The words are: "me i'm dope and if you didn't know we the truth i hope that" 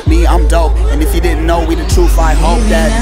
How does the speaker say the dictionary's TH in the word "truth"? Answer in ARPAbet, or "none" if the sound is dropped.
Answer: F